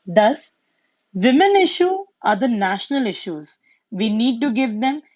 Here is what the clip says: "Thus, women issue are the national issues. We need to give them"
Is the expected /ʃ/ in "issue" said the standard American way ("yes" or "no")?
yes